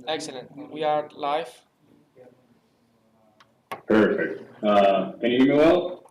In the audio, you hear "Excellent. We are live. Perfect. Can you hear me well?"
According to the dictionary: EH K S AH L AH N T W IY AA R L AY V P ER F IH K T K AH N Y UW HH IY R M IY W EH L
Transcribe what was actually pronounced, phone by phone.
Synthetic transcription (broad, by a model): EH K S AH L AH N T W IY AA R L AY F P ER F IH K T K AH N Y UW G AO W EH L